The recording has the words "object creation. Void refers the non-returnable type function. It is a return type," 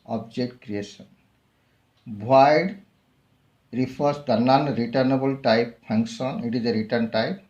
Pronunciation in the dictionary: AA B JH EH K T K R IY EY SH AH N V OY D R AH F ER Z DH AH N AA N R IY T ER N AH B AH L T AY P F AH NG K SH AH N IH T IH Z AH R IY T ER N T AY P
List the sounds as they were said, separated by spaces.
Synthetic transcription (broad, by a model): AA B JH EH K T K R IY EY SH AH N W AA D R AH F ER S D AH N AA N R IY T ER N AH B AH L T AY P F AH NG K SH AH N IH T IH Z AH R IY T ER N T AY P